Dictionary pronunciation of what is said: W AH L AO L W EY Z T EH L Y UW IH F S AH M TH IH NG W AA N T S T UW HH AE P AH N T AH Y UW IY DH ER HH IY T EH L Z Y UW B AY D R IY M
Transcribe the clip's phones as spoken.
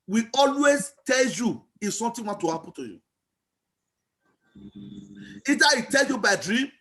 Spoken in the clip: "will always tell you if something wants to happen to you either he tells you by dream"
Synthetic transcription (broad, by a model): W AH AO L W EY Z T EH L Y UW IH F S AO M T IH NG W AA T T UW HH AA P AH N T AH Y UW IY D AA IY T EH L Y UW B AY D R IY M